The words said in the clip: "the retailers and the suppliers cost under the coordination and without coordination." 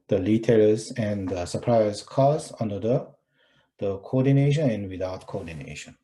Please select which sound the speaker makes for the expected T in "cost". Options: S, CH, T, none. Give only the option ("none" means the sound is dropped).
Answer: none